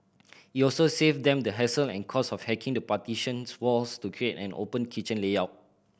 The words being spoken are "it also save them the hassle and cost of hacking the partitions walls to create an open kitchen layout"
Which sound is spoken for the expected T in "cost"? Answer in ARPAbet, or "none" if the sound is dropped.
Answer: none